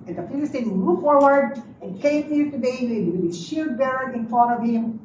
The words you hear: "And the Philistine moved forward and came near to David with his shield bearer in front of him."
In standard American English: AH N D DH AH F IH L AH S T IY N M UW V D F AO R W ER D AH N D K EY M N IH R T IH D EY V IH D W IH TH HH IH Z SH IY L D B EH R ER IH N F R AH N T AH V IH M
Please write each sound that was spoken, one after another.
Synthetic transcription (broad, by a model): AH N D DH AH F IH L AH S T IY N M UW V F AO R W ER D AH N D K EY M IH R T IH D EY IH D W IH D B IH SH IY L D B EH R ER IH N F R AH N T AH V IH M